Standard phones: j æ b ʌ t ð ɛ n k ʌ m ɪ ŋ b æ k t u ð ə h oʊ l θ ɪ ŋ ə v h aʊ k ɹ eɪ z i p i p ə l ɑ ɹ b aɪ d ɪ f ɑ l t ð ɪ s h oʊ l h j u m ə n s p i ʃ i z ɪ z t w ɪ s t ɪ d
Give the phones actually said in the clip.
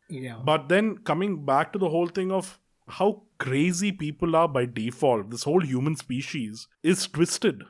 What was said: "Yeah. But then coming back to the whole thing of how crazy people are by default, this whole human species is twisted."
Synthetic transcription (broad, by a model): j b ʌ t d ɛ n k ʌ m ɪ ŋ b æ k t u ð ə h oʊ l t ɪ ŋ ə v h aʊ k ɹ eɪ z i p i p ə l ɑ ɹ b aɪ d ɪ f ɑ l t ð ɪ s h oʊ l h j u m ə n s p i ʃ i z ɪ z t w ɪ s t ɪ d